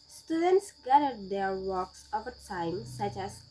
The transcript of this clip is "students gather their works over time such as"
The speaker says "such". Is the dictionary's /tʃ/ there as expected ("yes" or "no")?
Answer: yes